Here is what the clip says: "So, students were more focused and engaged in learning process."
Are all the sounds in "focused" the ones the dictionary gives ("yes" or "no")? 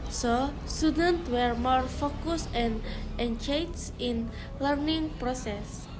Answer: no